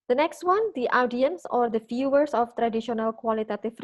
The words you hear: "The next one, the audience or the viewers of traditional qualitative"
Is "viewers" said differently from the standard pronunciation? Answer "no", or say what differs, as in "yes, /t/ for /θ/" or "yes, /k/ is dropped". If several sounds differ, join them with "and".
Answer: yes, /f/ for /v/ and /s/ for /z/